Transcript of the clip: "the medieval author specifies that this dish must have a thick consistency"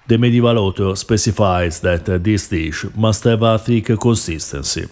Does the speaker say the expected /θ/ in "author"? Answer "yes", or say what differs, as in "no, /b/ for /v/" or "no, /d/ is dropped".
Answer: no, /t/ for /θ/